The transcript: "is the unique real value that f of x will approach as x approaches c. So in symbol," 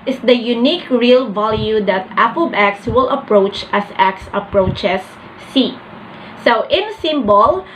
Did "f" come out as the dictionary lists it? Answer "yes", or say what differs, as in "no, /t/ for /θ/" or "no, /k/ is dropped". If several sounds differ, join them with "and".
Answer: no, /p/ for /f/